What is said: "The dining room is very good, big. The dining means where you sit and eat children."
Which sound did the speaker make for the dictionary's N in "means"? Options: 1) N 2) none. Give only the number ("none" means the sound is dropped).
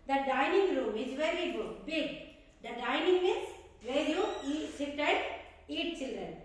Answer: 2